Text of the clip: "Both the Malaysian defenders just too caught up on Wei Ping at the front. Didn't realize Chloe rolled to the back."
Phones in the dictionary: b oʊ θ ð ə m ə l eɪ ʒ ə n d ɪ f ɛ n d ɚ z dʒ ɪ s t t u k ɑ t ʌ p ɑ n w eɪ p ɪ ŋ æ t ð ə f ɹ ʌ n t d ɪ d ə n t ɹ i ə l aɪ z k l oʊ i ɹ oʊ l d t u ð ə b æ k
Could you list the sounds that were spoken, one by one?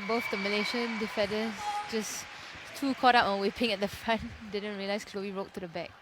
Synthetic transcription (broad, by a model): b oʊ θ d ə m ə l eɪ ʃ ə n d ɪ f ɛ d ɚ s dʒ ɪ s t t u k ɑ t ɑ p ɑ n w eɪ p ɪ ŋ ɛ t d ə f ɹ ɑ n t d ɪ d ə n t ɹ i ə l aɪ s k l oʊ i ɹ oʊ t t u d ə b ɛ k